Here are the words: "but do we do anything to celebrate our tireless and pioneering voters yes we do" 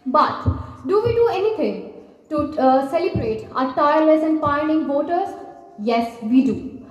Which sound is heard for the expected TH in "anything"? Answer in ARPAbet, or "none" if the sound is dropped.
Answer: T